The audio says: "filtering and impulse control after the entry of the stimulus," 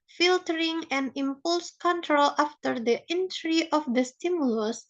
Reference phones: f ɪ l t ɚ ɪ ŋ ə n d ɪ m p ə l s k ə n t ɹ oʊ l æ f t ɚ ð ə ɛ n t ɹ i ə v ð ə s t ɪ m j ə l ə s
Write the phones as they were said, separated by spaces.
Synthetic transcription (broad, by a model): f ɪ l t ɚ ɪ ŋ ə n ɪ m p ə l s k ə n t ɹ oʊ l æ f t ɚ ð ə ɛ n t ɹ i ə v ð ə s t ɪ m j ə l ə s